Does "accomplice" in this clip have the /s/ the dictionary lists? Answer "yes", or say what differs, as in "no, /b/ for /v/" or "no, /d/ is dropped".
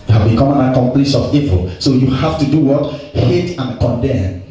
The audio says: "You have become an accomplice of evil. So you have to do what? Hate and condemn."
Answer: no, /ʃ/ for /s/